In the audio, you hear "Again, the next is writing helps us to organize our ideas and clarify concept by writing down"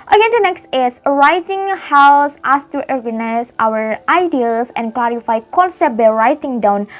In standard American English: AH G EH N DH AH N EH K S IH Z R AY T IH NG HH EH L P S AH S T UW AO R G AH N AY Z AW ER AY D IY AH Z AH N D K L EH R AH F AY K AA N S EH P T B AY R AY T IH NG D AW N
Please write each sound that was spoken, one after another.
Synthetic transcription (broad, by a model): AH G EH N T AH N EH K S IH S R AY T IH NG HH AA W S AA S T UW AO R G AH N AY S AW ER AY D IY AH S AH N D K L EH R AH F AY K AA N S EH T B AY R AY T IH NG D AW N